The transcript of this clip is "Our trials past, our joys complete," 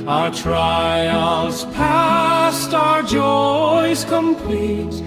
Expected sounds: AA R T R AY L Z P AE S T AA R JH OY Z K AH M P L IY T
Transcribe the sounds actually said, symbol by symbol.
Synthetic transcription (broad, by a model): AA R T R AY L Z P AE S T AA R JH OY Z K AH M P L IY T